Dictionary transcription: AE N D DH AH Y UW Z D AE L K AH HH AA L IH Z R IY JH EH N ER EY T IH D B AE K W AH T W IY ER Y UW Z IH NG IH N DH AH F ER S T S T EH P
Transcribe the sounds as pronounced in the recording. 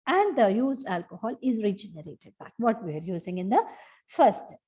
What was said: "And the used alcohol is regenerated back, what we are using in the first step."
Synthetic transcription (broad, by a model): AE N D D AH Y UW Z AE L K AH HH AA L IH Z R IY JH EH N ER EY T IH D B AE K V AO T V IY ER Y UW Z IH NG IH N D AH F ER T S T